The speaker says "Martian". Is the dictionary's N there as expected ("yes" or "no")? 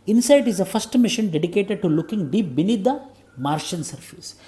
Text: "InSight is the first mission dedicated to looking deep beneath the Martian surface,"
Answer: yes